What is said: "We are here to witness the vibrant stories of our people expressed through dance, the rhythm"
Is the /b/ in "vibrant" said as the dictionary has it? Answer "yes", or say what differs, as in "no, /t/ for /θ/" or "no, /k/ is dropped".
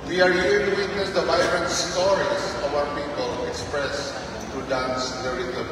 no, /b/ is dropped